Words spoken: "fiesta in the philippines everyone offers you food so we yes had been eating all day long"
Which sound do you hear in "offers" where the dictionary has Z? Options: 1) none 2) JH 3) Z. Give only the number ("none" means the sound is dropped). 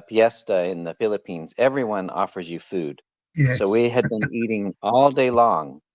3